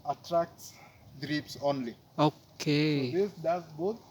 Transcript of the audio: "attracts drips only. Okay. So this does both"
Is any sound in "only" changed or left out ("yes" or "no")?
no